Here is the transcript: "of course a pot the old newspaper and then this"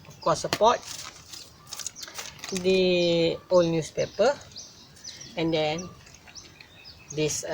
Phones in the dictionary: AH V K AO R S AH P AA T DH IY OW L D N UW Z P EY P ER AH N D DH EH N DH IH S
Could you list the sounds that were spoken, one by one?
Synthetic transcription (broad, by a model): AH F K AO S AH P AA T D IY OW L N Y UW S P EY P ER AH N D EH N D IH S